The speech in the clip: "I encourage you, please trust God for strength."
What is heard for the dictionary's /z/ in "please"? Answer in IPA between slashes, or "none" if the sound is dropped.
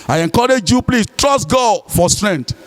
/s/